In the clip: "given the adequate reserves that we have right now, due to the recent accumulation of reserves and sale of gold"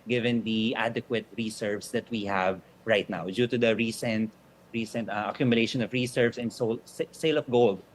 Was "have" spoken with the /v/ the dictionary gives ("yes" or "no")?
yes